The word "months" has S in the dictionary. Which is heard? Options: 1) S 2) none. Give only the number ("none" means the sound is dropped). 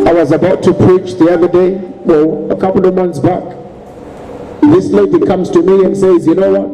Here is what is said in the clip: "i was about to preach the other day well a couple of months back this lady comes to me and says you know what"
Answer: 1